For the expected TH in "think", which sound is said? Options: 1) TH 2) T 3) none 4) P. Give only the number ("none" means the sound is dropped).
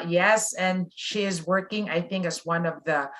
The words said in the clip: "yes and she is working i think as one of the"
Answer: 1